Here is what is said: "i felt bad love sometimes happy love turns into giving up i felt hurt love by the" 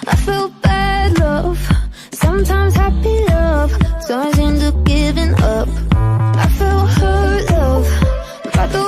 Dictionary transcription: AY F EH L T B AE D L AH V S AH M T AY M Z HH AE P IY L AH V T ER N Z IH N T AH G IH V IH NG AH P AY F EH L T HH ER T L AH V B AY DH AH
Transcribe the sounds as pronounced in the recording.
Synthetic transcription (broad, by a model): AY F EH L B AE D L AH V S AH M T AY M Z HH AE P IY AH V S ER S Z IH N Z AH G IH V IH NG AH P AY F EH L HH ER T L AH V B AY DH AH